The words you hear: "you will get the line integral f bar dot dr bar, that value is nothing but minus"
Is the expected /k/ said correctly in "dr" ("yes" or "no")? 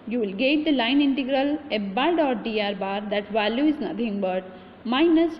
no